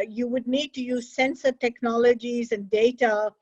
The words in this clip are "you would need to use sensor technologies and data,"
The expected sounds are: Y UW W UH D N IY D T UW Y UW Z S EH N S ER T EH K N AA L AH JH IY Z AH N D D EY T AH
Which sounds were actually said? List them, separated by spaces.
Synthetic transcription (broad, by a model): Y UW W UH D N IY D T UW Y UW Z S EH N S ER T EH K N AA L AH JH IY Z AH N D D EY T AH